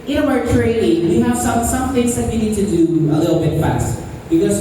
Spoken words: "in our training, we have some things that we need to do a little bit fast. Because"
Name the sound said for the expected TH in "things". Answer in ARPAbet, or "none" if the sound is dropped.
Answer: TH